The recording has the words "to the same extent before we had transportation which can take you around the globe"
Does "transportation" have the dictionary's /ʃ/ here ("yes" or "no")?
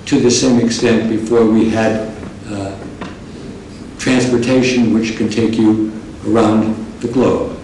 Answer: yes